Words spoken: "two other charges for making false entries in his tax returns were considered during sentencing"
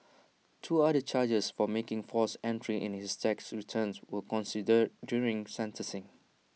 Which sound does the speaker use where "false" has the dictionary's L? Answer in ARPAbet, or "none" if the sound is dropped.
none